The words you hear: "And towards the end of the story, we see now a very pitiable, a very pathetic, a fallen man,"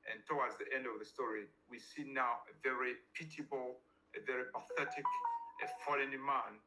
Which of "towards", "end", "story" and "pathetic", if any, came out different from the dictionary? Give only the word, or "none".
towards